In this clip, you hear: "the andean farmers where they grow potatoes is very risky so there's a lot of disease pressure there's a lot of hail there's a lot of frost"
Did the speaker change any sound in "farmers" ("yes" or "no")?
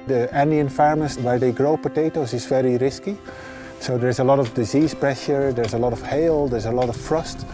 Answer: yes